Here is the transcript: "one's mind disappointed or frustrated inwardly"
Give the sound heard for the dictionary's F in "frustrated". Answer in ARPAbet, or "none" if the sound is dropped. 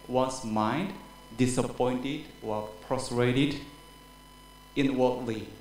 P